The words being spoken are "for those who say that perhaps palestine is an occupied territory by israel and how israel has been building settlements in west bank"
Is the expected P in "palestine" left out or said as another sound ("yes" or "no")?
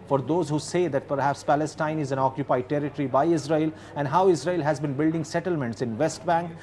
no